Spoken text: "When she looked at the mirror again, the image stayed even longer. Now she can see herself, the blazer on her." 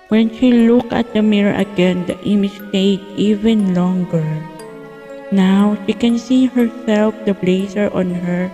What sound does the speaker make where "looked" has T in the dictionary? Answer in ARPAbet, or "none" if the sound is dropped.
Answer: none